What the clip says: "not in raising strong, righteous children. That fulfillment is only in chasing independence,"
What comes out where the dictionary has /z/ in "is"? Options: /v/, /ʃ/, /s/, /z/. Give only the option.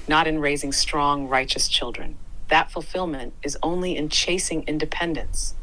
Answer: /z/